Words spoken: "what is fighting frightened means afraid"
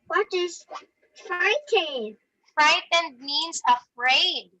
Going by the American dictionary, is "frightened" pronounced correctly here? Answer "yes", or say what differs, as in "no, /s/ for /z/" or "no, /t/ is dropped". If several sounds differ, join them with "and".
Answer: yes